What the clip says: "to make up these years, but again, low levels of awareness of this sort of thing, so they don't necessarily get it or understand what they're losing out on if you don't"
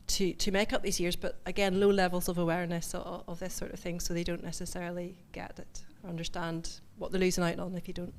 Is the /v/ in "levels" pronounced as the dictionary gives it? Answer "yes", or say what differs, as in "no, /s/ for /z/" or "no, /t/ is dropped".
yes